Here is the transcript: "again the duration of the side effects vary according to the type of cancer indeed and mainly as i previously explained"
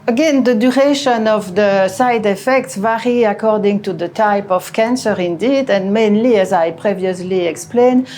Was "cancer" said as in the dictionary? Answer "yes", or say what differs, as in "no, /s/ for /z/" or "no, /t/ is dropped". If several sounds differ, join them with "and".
yes